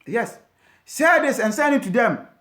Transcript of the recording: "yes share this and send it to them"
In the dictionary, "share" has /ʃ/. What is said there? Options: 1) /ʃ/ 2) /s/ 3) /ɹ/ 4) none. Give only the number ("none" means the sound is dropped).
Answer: 2